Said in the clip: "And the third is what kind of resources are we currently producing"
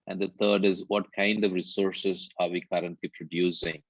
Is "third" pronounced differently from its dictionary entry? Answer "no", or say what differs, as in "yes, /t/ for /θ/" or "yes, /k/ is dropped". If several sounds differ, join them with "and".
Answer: yes, /t/ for /θ/